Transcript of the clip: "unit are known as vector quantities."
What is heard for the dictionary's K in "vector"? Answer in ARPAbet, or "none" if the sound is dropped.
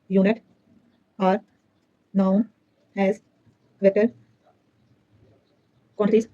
none